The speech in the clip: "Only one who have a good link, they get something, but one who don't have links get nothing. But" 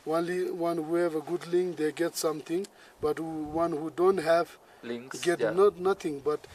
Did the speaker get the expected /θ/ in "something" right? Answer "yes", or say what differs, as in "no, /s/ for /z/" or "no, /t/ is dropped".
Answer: no, /t/ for /θ/